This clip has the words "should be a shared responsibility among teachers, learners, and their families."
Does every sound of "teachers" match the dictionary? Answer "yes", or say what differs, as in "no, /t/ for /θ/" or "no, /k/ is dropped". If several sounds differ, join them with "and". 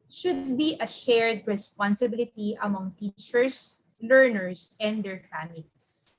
no, /s/ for /z/